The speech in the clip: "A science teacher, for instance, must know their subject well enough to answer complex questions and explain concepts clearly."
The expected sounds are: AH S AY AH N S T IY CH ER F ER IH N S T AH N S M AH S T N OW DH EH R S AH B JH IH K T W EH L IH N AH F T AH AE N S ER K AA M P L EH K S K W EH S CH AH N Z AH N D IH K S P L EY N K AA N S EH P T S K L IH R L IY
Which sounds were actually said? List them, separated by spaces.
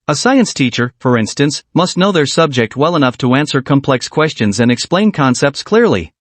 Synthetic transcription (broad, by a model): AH S AY AH N S T IY CH ER F ER IH N S T AH N S M AH S T N OW DH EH R S AH B JH IH K T W EH L IH N AH F T AH AE N S ER K AA M P L EH K S K W EH S CH AH N Z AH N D IH K S P L EY N K AA N S EH P T S K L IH R L IY